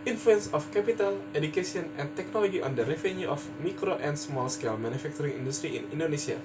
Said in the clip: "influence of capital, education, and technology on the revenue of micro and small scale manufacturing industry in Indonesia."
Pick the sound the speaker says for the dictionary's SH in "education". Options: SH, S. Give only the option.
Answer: S